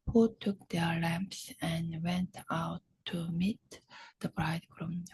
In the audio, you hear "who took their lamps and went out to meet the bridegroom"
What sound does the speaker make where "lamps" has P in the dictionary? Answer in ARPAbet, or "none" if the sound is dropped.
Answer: P